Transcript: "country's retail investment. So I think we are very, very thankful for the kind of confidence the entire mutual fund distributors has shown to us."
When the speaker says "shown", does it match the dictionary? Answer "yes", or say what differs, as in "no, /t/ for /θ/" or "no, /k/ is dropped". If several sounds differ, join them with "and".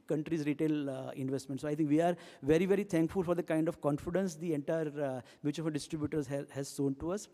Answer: no, /s/ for /ʃ/